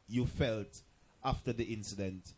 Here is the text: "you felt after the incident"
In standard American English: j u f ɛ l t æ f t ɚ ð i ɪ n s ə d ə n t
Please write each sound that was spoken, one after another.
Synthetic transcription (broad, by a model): j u f ɛ l t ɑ f t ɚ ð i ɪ n s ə d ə n t